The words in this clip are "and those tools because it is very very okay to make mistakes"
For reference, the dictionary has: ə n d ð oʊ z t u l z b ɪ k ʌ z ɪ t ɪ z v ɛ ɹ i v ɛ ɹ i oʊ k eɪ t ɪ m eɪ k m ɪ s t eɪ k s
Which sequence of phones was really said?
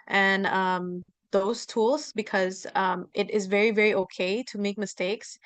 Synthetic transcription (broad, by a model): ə n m ð oʊ z t u l z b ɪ k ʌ z ɪ t ɪ z v ɛ ɹ i v ɛ ɹ i oʊ k eɪ t ɪ m eɪ k m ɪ s t eɪ k s